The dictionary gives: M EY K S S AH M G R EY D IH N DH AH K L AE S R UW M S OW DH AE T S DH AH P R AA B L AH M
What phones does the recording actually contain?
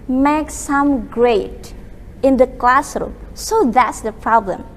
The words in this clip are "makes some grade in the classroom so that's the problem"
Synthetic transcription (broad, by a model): M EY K S S AH M G R EY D IH N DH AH K L AE S R UW M S OW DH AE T S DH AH P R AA B L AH M